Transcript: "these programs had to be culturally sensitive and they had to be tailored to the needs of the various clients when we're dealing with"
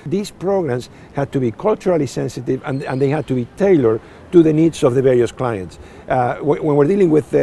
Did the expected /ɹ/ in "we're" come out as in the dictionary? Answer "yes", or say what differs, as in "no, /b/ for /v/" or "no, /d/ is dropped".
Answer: yes